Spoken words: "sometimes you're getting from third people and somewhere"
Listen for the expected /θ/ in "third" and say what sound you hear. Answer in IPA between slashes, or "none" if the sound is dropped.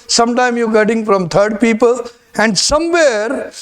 /t/